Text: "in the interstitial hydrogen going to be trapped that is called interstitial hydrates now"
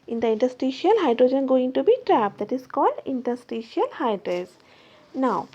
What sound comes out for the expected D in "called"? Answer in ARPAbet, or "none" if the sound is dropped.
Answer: D